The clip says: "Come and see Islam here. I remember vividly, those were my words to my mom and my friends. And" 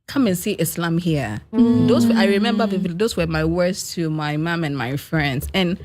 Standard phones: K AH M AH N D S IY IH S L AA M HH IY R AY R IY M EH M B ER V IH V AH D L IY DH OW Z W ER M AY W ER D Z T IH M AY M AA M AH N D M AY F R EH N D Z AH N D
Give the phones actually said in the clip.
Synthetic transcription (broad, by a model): K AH M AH N S IY IH S L AA M HH IY W AY R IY M EH M B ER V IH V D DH OW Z W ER M AY W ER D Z T IH M AY M AA M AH N M AY F R EH N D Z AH N